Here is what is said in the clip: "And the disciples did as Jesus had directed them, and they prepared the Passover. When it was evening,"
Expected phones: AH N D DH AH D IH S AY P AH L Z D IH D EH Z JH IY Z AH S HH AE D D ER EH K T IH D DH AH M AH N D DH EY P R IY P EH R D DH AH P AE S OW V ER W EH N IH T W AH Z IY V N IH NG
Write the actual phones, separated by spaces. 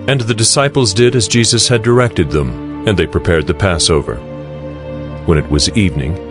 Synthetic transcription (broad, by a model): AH N DH AH D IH S AY P L Z D IH D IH Z JH IY Z AH S HH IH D D ER EH K T IH D DH AH M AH N DH EY P R IY P EH R D DH AH P AE S OW V ER W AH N IH T W AH Z IY V N IH NG